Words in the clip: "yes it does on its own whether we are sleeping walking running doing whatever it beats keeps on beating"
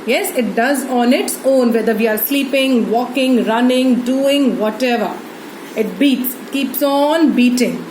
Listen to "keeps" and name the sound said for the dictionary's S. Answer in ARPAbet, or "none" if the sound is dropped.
S